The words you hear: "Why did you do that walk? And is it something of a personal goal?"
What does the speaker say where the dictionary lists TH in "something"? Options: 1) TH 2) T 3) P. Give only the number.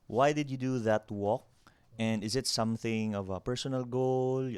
1